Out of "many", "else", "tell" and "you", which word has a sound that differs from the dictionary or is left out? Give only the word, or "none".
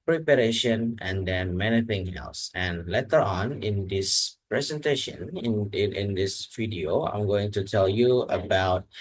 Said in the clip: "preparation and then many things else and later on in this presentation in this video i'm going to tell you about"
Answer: none